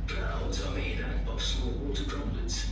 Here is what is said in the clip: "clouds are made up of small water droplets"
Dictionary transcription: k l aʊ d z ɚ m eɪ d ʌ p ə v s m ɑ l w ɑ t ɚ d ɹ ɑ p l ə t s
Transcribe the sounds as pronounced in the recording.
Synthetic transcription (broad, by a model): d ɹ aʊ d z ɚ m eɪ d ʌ b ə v s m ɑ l w ɑ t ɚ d ɹ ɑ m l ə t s